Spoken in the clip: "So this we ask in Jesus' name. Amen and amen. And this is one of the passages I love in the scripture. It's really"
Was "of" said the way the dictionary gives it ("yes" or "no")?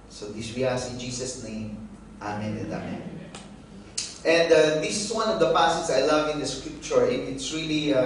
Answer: yes